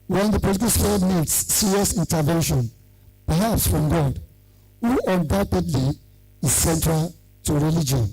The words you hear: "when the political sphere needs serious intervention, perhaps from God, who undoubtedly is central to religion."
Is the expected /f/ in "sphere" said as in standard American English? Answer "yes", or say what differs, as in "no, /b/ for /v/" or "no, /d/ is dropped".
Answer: no, /f/ is dropped